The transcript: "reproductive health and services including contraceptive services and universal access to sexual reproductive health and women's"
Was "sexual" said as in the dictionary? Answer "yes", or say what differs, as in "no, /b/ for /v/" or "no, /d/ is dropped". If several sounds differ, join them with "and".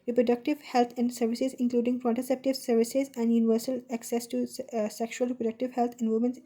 yes